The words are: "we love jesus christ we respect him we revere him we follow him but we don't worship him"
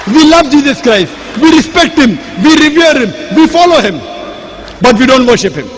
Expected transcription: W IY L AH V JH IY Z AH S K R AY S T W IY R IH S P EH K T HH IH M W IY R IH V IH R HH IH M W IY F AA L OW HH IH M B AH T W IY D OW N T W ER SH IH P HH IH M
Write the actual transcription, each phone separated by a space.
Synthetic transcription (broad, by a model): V IY L AH V JH IY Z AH S K R AY S T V IY R IH S P EH K T HH IH M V IY R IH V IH R HH IH M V IY F AA L OW HH IH M B AH T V IY D OW N T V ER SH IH P HH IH M